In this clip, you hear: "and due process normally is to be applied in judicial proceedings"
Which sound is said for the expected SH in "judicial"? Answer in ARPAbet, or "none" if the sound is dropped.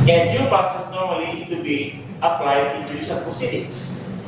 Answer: S